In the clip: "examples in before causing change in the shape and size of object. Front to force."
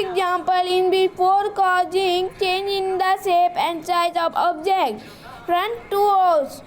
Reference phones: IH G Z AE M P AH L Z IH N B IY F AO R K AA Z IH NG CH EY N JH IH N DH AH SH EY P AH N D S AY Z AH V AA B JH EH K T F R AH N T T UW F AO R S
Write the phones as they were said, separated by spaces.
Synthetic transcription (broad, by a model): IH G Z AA M P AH L IH N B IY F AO R K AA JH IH NG CH EY N JH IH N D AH S EY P AH N D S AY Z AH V AA B JH EH K T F R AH N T T UW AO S